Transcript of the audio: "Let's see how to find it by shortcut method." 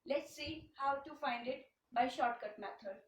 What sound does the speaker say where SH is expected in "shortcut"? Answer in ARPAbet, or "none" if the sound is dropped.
SH